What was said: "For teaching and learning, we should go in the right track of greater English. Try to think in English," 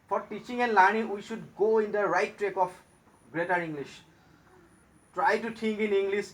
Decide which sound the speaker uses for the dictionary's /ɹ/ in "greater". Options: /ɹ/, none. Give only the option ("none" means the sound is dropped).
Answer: /ɹ/